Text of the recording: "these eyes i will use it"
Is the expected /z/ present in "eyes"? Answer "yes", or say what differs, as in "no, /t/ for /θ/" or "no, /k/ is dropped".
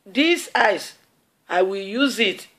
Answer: no, /s/ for /z/